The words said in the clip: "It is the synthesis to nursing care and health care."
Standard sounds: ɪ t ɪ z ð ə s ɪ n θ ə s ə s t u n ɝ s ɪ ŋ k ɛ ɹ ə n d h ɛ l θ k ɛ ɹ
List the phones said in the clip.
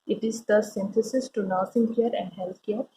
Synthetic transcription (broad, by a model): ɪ t ɪ z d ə s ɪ n t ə s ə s t u n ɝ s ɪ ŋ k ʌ ɹ ə n d h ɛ l t k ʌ ɹ